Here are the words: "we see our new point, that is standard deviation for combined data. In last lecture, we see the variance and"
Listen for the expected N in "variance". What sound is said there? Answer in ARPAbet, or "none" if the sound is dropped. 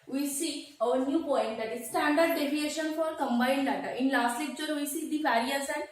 none